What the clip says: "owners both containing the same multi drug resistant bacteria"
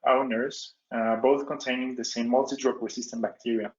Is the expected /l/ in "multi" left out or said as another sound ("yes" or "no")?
no